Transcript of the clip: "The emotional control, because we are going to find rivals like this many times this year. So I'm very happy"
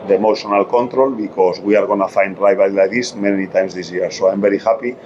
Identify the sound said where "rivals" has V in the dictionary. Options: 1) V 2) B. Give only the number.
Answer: 2